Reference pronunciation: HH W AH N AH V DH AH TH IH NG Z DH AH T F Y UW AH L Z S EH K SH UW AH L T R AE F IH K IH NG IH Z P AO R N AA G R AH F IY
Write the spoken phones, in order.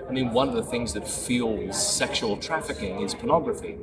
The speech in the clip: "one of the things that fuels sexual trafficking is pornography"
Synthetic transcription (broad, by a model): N W AH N AH V DH AH TH IH NG Z DH AH T F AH L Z S EH K SH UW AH L T R AE F IH K IH NG IH Z P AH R N AA G R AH F IY